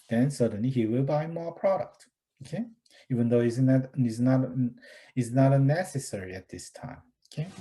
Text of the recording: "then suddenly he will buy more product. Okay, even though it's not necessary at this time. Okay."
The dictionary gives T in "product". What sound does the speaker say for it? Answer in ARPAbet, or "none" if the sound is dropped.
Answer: T